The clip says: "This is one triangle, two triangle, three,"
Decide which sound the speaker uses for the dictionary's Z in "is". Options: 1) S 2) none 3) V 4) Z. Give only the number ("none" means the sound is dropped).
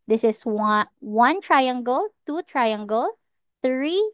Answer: 1